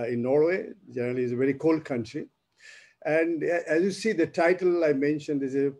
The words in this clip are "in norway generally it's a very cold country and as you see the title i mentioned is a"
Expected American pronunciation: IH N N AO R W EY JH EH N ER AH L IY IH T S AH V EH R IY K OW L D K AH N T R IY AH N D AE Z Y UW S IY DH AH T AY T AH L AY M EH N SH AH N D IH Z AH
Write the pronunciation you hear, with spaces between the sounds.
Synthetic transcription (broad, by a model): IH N N AO R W EY JH EH N ER AH L IY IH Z AH V EH R IY K OW L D K AH N T R IY AH N D AE Z Y UW S IY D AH T AY T AH L AY M EH N SH AH N D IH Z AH